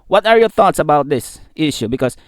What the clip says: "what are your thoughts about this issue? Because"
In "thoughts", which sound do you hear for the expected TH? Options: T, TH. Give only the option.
TH